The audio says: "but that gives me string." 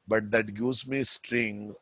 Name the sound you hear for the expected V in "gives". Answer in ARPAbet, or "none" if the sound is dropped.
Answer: none